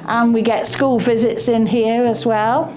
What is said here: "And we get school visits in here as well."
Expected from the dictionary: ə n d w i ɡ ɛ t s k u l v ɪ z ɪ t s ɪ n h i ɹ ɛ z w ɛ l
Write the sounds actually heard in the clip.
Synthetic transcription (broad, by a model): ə n w i ɡ ɛ t s k u l v ɪ z ɪ t s ɪ n h i ɹ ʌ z w ɛ l